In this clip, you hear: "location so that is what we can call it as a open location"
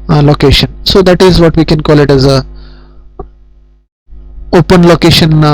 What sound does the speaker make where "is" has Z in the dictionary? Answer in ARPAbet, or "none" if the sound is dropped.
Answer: Z